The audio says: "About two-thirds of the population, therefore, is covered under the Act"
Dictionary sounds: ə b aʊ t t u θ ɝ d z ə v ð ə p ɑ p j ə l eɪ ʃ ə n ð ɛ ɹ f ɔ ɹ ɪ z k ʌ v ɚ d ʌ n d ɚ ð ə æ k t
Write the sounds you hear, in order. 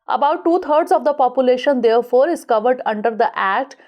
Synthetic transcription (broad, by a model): ə b aʊ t t u t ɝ d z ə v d ə p ɑ p j ə l eɪ ʃ ə n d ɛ ɹ f ɔ ɹ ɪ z k ʌ v ɚ d ʌ n d ɚ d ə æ k t